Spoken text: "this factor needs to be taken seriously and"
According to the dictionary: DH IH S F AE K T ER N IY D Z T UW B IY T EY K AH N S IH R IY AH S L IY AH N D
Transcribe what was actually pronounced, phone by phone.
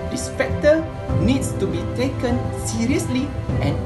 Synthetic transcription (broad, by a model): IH S P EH K T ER N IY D S T UW B IY T EY K AH N S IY R IY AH S L IY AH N